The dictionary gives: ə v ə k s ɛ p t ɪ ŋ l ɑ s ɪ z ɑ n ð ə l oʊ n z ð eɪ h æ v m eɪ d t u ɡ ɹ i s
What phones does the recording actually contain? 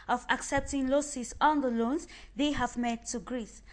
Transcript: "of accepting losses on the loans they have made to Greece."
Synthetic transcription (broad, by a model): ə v ə k s ɛ p t ɪ ŋ l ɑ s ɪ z ɑ n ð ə l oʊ n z ð eɪ h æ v m eɪ d t u ɡ ɹ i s